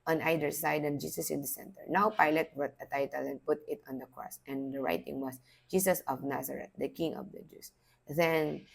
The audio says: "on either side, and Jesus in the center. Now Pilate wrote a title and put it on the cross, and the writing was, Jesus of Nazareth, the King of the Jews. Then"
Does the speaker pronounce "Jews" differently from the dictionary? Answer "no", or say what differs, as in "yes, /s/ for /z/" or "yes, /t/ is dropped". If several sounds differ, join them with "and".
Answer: yes, /s/ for /z/